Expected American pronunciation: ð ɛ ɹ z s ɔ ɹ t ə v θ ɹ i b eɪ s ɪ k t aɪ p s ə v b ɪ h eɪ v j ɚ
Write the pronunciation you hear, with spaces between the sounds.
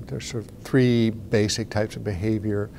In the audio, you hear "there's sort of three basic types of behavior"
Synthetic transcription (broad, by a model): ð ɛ ɹ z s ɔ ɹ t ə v θ ɹ i b eɪ s ɪ k t aɪ p s ə v b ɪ h eɪ v j ɚ